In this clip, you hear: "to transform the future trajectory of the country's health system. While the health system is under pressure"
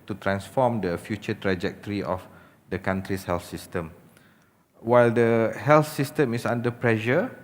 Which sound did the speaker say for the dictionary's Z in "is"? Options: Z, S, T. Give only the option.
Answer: S